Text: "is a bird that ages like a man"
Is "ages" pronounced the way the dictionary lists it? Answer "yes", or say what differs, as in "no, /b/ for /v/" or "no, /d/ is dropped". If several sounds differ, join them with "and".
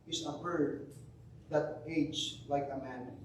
no, /dʒ/ is dropped